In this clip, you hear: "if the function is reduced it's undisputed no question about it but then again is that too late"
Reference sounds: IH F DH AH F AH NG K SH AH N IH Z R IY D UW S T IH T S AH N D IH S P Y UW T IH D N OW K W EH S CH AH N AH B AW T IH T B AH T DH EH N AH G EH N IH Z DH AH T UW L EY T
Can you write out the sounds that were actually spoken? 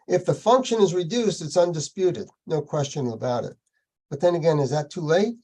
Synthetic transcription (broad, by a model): IH F DH AH F AH NG K SH AH N IH Z R IY D UW S T IH T S AH N D IH S P Y UW T IH D N OW K W EH S CH AH N AH B AW T IH T B AH T DH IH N AH G EH N IH Z DH AH T UW L EY T